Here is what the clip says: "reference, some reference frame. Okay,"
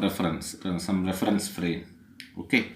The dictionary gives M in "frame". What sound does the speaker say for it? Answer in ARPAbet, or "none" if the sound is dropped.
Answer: none